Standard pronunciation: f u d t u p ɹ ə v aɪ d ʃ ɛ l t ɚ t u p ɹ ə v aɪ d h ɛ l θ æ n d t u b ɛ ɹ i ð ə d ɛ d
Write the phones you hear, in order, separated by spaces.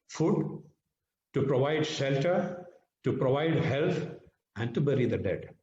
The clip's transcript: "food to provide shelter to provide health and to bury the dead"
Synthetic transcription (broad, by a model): f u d t u p ɹ ə v aɪ d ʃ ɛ l t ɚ t u p ɹ ə v aɪ d h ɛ l t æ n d t u b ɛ ɹ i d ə d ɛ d